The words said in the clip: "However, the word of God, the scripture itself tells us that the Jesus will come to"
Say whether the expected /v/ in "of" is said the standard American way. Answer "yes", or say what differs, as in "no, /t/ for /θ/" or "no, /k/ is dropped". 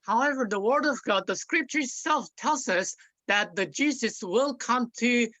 yes